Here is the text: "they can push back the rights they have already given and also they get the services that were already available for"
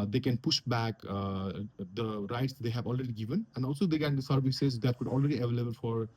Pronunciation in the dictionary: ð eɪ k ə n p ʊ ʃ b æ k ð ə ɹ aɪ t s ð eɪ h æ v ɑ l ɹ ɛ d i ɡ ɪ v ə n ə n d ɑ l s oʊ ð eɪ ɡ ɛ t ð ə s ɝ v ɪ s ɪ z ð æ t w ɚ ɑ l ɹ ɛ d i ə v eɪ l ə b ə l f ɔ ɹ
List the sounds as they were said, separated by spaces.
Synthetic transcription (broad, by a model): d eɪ k ə n p ʊ ʃ b æ k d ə ɹ aɪ t s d eɪ h æ v ɑ l ɹ ɛ d i ɡ ɪ v ə n ə n d ɑ l s oʊ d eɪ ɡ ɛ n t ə s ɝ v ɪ s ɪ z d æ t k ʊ ɑ l ɹ ɛ d i ə v eɪ l ə b ə l f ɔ ɹ